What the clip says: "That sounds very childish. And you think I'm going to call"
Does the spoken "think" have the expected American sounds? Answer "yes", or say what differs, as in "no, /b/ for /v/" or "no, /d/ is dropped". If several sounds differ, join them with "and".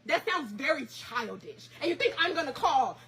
yes